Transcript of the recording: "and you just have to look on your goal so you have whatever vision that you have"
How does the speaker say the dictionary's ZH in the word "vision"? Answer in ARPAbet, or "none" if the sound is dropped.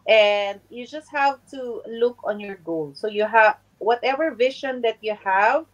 SH